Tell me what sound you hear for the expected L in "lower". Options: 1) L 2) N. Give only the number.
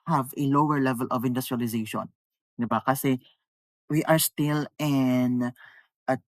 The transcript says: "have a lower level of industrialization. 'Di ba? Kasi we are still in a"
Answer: 1